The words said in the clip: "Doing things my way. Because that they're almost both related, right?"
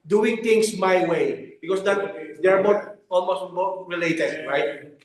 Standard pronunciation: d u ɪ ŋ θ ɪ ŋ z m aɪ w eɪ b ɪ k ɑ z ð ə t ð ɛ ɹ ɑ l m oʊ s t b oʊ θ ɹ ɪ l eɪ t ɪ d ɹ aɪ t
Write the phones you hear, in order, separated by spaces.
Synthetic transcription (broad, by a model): d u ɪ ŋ t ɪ ŋ s m aɪ w eɪ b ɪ k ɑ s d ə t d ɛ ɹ ɑ l m oʊ s t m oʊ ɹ ɹ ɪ l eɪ t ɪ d ɹ aɪ t